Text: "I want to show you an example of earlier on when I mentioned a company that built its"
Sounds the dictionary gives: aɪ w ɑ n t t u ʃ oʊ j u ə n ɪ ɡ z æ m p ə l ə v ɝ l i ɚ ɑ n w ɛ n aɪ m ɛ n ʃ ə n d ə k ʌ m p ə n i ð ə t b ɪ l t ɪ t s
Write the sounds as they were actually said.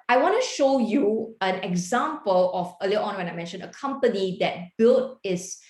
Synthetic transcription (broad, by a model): aɪ w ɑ n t t u ʃ oʊ j u ə n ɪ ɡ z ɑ m p ə l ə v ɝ l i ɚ ɑ n w ɛ n aɪ m ɛ n ʃ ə n ə k ʌ m p ə n i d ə t b ɪ l t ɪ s